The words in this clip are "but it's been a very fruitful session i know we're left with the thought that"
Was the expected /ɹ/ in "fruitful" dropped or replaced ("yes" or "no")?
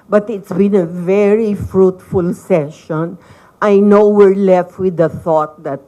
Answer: no